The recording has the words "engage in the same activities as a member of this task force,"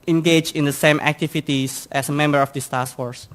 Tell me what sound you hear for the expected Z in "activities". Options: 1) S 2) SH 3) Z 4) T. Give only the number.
1